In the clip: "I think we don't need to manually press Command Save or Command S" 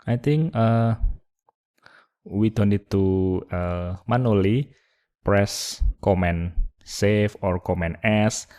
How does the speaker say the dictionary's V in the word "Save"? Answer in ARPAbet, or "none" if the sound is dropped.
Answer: F